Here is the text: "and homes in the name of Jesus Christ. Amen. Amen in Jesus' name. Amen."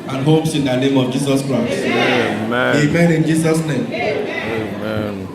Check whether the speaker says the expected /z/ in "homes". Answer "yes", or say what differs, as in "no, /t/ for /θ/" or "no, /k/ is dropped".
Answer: no, /s/ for /z/